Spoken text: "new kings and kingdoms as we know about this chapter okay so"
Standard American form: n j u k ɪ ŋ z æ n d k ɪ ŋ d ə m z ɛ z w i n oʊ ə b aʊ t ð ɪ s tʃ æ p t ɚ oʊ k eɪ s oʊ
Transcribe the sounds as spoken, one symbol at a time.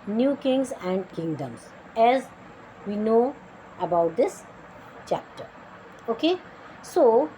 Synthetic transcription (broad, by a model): n j u k ɪ ŋ z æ n d k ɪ ŋ d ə m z ɛ z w i n oʊ ə b aʊ t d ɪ s tʃ æ p t ɚ oʊ k eɪ s oʊ